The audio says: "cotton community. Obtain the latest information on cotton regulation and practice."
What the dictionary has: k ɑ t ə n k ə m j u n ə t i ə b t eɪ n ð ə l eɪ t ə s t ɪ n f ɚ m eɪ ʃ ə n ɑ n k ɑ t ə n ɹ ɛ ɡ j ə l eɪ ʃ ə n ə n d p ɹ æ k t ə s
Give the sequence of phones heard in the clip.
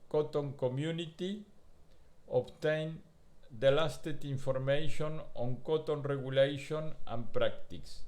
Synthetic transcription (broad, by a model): k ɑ t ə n k ə m j u n ə t i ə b t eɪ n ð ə l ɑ t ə t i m f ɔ m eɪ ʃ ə n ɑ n k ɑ t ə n ɹ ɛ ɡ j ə l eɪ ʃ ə n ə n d p ɹ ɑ k t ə s